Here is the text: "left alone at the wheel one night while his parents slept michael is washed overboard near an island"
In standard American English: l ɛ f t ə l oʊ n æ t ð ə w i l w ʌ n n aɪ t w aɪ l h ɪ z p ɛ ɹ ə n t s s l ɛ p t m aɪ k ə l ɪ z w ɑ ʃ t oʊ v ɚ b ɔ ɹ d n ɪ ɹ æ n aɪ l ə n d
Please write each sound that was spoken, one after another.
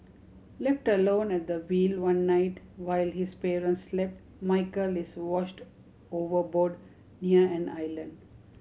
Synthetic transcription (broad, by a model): l ɛ f t ə l oʊ n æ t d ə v i l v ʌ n n aɪ t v aɪ l h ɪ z p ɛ ɹ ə n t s s l ɛ p t m aɪ k ə l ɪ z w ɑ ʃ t oʊ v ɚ b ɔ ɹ d n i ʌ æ n aɪ l ə n d